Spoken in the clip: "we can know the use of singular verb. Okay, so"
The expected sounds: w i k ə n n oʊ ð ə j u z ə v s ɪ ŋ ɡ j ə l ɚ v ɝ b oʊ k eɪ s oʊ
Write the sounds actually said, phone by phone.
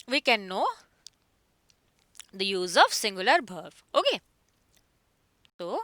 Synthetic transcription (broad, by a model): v i k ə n n oʊ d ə j u z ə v s ɪ ŋ ɡ j ə l ɚ b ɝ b oʊ k eɪ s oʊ